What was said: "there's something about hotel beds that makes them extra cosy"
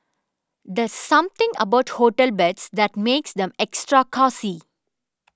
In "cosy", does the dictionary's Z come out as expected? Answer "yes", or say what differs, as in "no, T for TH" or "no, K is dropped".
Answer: no, S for Z